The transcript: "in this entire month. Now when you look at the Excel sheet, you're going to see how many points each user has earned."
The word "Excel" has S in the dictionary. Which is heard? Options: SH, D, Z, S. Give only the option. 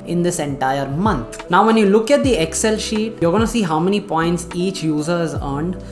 S